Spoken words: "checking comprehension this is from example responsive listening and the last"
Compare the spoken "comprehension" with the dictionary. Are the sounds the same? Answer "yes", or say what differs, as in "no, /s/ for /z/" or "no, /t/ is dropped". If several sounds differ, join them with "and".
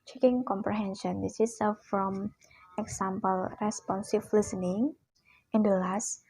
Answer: yes